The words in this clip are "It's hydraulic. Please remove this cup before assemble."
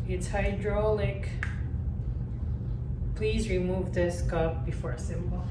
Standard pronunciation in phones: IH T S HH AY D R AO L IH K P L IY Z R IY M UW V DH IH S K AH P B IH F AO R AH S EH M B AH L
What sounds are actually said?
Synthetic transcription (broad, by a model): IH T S HH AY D R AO L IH K P L IY Z R IY M UW V DH IH S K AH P B IH F AO R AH S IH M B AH L